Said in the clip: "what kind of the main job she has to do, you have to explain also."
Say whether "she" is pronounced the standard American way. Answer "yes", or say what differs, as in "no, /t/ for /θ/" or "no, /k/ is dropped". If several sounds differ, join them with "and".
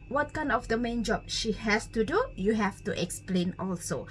yes